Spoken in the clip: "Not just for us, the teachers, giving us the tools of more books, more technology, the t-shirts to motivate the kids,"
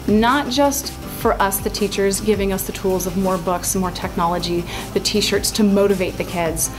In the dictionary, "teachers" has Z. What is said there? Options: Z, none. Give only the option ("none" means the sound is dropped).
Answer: Z